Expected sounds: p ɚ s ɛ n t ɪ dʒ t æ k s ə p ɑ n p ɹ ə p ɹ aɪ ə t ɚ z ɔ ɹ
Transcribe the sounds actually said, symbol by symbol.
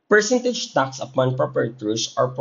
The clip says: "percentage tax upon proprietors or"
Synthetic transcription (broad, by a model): p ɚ s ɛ n t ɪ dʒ t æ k s ə p ɑ n p ɹ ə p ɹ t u s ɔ ɹ